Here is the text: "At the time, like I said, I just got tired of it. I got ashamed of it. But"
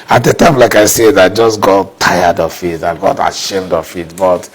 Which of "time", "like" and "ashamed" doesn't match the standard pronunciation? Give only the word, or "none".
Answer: none